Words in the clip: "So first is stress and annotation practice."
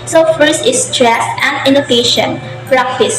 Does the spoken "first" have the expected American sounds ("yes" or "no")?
no